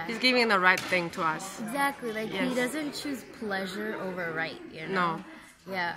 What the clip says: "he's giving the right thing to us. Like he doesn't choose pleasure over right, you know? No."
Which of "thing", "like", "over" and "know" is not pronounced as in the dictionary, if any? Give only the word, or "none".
none